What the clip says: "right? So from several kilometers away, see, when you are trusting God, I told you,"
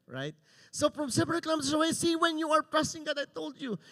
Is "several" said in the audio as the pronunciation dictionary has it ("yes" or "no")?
no